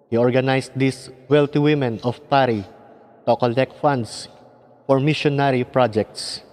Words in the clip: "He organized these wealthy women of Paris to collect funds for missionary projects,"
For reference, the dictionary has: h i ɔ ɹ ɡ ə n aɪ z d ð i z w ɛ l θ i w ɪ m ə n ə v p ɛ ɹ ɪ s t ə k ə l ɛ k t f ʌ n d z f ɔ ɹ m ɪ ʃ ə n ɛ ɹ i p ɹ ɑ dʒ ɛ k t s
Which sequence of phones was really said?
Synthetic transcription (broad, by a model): h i ɔ ɹ ɡ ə n aɪ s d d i s w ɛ l t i w ɪ m ə n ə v p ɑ ɹ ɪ t ə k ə l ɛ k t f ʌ n d s f ɔ ɹ m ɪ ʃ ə n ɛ ɹ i p ɹ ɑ dʒ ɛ k t s